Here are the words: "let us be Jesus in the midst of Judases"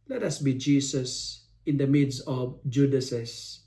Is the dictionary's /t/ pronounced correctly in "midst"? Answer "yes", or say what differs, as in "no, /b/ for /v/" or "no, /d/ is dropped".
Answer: no, /t/ is dropped